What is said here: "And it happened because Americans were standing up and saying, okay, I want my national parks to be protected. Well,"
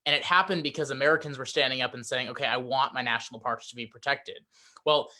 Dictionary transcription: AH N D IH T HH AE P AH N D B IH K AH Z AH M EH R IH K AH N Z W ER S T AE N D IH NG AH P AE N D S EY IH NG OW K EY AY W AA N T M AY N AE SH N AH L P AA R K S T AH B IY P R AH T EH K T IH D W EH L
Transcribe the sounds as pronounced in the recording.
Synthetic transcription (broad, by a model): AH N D IH T HH AE P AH N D B IH K AH Z AH M EH R IH K AH N Z W ER S T AE N D IH NG AH P N S EY IH NG OW K EY AY W AA N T M AY N AE SH N L P AA R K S T AH B IY P R AH T EH K T IH D W EH L